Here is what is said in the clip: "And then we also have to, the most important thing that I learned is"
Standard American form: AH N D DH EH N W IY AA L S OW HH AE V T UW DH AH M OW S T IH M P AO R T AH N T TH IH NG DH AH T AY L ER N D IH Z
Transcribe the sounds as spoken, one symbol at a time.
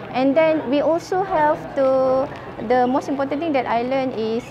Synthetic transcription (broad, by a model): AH N D EH N W IY AA L S OW HH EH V T UW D AH M OW S T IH M P AO T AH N T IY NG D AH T AY L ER N IH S